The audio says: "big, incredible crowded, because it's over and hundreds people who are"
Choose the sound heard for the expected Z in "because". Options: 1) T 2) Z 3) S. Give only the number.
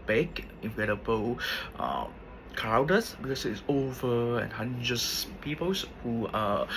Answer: 3